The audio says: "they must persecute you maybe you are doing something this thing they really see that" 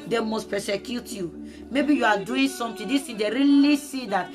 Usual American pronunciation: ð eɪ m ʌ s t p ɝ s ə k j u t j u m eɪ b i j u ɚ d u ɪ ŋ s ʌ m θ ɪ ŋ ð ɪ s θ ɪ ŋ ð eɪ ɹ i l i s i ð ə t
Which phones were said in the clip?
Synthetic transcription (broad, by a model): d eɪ m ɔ s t p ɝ s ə k j u t j u m eɪ b i j u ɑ d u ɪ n s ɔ m t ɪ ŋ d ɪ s t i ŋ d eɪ ɹ i l i s i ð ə t